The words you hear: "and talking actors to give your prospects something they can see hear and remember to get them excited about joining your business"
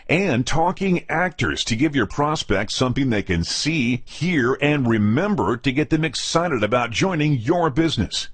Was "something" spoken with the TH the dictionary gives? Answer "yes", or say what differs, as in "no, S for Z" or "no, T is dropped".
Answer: yes